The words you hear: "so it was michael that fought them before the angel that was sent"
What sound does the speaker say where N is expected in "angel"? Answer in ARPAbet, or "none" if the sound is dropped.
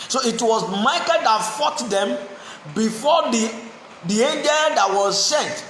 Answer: N